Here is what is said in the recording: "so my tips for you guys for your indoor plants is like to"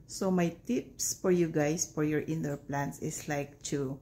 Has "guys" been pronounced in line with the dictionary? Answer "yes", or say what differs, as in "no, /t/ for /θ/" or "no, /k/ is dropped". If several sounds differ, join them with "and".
no, /s/ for /z/